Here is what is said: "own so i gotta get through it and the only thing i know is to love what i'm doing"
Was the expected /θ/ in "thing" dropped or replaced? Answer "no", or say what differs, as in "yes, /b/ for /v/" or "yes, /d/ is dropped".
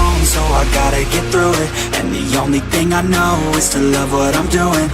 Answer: no